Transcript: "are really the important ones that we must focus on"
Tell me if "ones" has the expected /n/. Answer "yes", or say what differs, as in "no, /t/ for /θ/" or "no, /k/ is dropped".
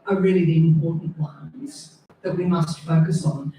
no, /n/ is dropped